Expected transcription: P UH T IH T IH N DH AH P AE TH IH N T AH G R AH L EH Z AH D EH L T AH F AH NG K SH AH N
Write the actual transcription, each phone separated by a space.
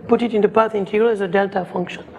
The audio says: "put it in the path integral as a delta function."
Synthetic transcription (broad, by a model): P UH T IH T IH N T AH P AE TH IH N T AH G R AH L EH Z AH D EH L T AH F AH NG K SH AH N